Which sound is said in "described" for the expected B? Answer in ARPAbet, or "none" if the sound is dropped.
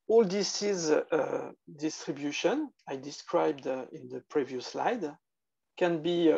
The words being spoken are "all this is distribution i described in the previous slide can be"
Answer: B